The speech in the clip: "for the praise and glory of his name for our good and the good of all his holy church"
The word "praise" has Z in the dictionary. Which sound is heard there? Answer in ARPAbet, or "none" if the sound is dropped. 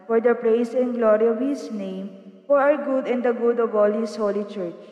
S